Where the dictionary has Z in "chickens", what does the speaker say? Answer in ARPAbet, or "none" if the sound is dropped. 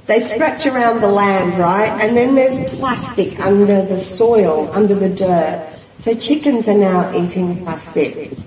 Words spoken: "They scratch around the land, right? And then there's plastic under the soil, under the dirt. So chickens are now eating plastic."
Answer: Z